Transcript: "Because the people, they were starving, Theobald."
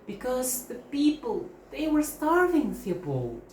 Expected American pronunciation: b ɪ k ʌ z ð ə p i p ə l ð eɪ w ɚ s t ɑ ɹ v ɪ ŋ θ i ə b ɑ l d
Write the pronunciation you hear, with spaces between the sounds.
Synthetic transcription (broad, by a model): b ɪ k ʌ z ð ə p i p ə l ð eɪ w ɚ s t ɑ ɹ v ɪ ŋ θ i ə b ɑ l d